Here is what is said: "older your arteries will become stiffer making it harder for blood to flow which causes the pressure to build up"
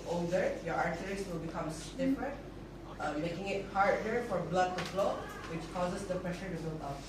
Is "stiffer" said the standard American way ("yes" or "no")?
no